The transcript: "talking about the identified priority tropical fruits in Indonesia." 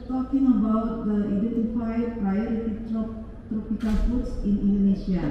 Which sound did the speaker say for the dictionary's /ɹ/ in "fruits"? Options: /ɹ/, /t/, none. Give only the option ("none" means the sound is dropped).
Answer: none